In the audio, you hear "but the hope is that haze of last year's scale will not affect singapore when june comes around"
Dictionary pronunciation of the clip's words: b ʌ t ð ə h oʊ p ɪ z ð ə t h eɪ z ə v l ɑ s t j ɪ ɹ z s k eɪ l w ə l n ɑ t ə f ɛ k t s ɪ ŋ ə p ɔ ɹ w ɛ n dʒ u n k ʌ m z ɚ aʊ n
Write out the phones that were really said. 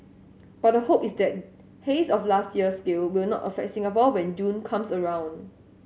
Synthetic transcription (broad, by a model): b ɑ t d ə h oʊ p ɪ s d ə t h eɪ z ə f l ɑ s t j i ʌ s k eɪ l w ə l n ɑ t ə f ɛ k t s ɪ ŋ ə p ɔ l w ɛ n dʒ u n k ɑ m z ɚ aʊ n